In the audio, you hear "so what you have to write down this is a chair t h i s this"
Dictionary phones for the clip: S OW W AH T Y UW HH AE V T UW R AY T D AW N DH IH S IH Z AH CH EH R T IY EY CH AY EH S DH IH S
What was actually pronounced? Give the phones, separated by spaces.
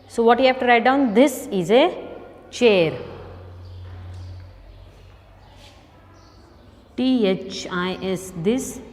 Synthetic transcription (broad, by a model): S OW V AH T Y UW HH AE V T UW R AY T D AW N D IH S IH Z AH CH EH R T IY EY CH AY EH S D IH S